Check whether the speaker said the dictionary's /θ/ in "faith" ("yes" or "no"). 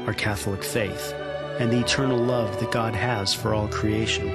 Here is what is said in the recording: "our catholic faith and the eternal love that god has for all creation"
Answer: yes